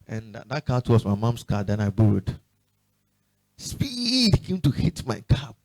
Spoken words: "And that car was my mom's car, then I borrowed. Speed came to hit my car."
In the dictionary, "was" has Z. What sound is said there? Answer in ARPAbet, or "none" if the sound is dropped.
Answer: S